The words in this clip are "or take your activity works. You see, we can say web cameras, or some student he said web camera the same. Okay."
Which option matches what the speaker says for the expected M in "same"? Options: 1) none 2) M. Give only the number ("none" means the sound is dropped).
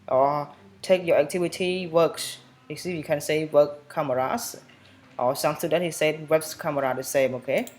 2